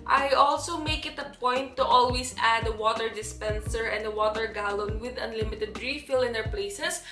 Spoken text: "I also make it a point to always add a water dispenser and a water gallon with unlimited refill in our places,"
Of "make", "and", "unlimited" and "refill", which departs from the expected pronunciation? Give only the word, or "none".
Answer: none